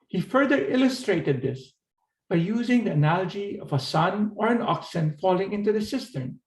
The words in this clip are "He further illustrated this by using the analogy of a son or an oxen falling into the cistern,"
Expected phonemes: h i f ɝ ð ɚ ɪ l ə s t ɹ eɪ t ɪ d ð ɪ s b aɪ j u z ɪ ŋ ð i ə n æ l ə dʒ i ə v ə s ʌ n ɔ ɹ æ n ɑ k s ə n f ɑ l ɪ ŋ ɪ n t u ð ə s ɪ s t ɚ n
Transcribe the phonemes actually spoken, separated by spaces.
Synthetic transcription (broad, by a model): h i f ɝ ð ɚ ɪ l ə s t ɹ eɪ t ɪ d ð ɪ s b aɪ j u z ɪ ŋ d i ə n æ l ə dʒ i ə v ə s ʌ n ɔ ɹ æ n ɑ k s ə n f ɑ l ɪ ŋ ɪ n t u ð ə s ɪ s t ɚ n